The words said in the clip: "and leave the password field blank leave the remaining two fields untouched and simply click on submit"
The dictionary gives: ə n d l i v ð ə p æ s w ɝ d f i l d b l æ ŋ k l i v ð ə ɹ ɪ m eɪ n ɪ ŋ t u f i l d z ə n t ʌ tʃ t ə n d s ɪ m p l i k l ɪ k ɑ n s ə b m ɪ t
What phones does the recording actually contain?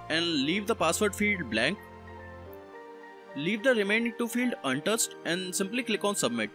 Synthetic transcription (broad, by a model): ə n d l i v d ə p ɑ s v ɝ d f i l d b l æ ŋ k l i v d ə ɹ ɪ m eɪ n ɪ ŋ t u f i l d ə n t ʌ s t ə n d s ɪ m p l i k l ɪ k ɑ n s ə b m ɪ t